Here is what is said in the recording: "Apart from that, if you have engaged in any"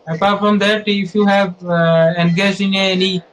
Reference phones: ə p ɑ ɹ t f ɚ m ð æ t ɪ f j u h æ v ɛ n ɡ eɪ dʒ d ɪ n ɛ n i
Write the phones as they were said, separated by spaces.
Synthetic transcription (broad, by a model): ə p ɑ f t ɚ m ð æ t ɪ f j u h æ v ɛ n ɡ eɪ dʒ ɪ n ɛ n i